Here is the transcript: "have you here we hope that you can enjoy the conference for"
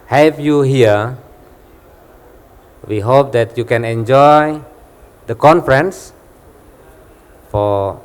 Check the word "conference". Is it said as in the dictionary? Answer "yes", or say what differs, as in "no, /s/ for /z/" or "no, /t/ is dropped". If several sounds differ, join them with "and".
yes